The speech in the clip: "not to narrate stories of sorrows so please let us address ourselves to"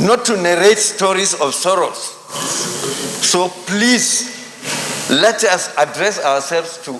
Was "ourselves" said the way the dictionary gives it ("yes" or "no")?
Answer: no